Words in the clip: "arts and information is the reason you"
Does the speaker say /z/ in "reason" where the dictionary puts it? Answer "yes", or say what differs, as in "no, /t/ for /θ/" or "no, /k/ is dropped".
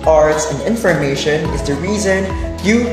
yes